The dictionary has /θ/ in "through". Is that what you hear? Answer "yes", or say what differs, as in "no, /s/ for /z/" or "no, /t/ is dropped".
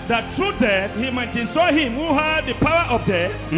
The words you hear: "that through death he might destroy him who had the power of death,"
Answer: no, /t/ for /θ/